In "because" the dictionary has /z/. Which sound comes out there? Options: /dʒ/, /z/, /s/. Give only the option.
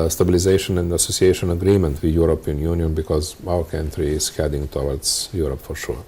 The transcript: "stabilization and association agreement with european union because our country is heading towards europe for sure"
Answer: /z/